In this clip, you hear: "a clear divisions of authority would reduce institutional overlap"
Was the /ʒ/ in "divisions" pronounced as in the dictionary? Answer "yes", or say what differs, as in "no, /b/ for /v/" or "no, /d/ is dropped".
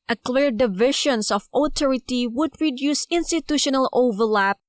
no, /ʃ/ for /ʒ/